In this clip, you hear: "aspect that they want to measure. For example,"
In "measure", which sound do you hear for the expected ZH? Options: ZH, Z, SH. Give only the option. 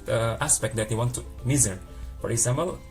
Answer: Z